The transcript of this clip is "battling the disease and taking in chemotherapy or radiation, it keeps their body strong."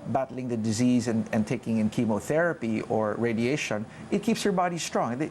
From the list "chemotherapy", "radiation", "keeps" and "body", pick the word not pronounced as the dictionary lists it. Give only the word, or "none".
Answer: none